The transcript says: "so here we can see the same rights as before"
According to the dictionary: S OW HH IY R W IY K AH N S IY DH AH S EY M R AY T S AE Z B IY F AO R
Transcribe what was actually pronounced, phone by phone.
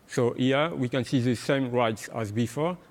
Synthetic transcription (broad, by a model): S OW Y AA W IY K AH N S IY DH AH S EY M R AY T S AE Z B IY F AO